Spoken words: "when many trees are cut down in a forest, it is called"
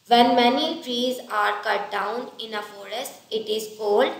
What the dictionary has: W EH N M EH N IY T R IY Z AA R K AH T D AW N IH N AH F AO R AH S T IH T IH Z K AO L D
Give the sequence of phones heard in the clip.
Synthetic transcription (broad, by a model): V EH N M EH N IY T R IY Z AA R K AH T D AW N IH N AH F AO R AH S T IH T IH Z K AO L D